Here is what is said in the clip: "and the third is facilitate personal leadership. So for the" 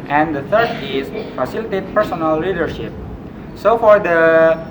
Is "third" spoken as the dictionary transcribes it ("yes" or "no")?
no